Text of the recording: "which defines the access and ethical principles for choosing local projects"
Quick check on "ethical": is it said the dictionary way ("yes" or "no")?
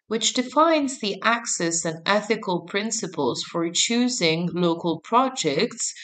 yes